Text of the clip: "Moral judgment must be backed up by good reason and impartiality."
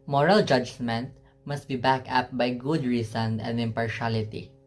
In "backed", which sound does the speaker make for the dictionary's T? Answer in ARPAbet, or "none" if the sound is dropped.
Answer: none